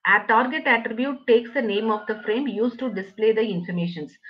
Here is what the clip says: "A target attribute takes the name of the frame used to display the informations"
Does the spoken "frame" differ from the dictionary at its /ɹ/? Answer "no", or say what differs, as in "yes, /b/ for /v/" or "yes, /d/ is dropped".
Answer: no